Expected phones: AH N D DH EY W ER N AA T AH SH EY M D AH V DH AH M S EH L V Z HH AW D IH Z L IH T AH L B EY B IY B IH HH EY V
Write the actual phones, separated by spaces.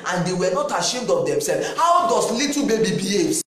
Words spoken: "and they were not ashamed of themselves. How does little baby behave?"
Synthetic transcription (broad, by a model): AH N D EY W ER N AA T AH SH EY M D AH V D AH M S EH L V HH AW D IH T L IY T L B EY B IY B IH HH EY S